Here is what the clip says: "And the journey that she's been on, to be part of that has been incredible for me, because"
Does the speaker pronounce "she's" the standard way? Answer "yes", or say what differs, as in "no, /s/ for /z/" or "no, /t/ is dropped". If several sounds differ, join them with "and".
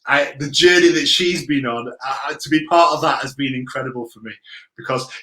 yes